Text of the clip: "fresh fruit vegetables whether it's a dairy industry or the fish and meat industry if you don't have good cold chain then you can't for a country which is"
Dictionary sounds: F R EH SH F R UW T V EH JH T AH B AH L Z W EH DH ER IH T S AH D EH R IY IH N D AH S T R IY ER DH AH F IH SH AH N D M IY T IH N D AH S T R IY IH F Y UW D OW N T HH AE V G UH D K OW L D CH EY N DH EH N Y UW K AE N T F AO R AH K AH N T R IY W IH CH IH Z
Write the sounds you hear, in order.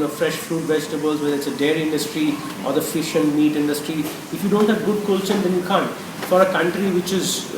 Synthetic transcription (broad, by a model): F R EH SH F R UW T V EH JH T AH B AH L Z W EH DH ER IH T S AH D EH R IH N D AH S T R IY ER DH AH F IH SH AH N D M IY T IH N D AH S T R IY IH F Y UW D OW N T HH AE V G UH D K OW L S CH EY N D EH N Y UW K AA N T F AO R AH K AH N T R IY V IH CH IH Z